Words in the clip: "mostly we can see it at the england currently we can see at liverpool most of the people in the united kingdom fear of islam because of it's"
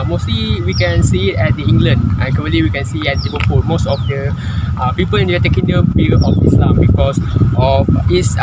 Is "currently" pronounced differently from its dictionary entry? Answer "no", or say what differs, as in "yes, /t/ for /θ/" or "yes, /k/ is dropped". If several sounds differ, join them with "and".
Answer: yes, /n/ is dropped